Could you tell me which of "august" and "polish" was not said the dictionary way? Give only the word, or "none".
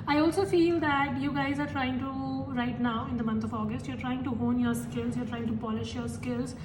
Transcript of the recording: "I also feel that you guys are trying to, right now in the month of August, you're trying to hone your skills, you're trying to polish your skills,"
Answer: none